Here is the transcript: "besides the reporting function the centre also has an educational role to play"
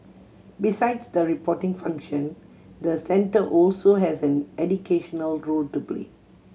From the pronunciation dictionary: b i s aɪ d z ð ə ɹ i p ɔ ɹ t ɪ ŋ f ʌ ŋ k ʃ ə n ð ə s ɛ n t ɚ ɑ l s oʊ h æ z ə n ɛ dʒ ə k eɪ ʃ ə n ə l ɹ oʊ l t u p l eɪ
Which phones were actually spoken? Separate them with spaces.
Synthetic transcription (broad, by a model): b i s aɪ d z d ə ɹ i p ɔ t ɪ ŋ f ʌ ŋ k ʃ ə n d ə s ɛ n t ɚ ɑ l s oʊ h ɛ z ə n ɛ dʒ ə k eɪ ʃ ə n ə l ɹ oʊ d t u p l eɪ